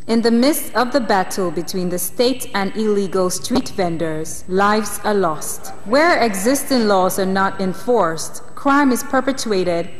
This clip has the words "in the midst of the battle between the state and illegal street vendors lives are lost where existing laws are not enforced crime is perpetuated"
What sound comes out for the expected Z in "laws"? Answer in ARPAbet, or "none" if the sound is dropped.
Z